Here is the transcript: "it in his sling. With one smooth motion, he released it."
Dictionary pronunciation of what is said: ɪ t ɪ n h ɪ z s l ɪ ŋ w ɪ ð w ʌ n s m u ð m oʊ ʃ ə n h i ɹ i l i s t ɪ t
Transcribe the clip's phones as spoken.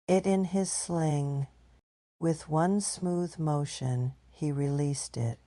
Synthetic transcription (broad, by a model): ɪ t ɪ n ɪ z s l ɪ ŋ w ɪ ð w ʌ n s m u ð m oʊ ʃ ə n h i ɹ i l i s t ɪ t